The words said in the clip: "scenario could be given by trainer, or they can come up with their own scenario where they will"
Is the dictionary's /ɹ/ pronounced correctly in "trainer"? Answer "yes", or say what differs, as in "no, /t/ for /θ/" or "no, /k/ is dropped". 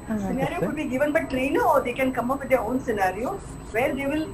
no, /l/ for /ɹ/